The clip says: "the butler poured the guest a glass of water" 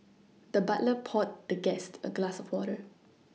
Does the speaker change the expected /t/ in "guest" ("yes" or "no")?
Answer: no